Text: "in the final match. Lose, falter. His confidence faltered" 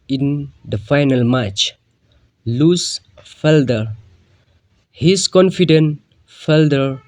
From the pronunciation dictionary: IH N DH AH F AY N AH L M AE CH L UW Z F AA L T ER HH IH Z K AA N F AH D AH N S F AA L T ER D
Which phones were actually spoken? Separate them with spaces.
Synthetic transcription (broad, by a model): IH N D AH F AY N AH L M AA CH L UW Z F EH L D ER HH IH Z K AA N F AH D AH N F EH L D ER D